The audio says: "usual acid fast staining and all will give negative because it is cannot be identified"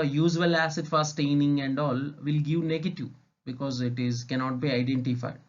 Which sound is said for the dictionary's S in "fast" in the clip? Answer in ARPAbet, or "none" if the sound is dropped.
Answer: none